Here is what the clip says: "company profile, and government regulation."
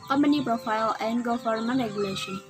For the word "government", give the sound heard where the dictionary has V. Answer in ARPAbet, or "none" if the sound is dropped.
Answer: F